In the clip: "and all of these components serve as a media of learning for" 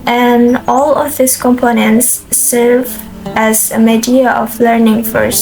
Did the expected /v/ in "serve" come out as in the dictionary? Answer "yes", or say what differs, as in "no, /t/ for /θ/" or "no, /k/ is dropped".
yes